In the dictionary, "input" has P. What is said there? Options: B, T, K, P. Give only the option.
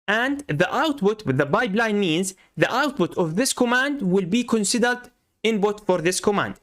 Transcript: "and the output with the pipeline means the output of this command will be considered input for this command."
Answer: B